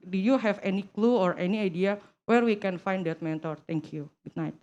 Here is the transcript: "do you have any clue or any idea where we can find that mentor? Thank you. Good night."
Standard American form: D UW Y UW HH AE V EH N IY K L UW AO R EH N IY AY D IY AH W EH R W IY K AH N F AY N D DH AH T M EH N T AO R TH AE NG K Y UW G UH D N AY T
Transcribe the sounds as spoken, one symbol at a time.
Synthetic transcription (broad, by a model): D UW Y UW HH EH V EH N IY K L UW AO R EH N IY AY D IY AH W EH R W IY K AH N F AY N D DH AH T M EH N T AO R T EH NG K Y UW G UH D N AY T